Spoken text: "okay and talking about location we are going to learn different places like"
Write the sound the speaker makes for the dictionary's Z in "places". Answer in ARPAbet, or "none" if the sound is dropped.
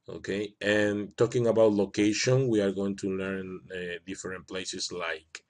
S